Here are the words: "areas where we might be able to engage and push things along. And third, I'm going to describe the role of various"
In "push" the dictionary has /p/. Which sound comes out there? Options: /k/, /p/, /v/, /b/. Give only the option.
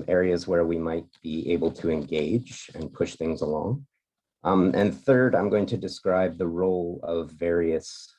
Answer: /p/